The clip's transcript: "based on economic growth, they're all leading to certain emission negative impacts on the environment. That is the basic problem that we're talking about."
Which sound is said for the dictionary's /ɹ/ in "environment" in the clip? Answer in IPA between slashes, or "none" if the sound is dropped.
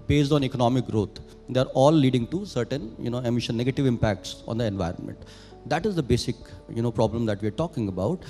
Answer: /ɹ/